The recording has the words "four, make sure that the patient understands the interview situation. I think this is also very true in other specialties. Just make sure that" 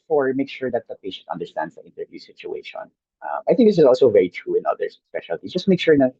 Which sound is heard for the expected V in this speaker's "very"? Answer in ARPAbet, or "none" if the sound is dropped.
V